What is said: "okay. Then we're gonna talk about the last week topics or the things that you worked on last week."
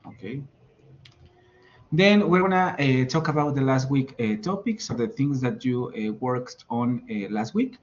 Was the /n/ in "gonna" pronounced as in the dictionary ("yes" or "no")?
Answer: no